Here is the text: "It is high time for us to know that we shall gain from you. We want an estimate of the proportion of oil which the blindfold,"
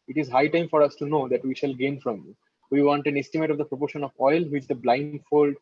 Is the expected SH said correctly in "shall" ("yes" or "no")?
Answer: yes